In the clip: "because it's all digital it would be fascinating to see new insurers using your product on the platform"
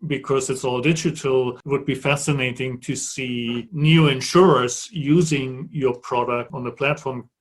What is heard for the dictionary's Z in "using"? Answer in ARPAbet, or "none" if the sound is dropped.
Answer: Z